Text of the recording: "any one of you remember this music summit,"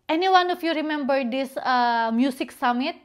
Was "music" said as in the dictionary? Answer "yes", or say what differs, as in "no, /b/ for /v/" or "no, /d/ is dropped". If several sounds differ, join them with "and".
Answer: no, /s/ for /z/